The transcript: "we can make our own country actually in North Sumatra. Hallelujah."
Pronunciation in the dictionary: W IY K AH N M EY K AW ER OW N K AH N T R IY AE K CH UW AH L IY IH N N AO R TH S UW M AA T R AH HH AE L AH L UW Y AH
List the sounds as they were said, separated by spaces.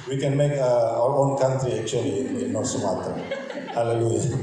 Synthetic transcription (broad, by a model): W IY K AH N M EY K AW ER OW N K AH N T R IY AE K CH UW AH L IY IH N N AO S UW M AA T AH HH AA L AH L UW Y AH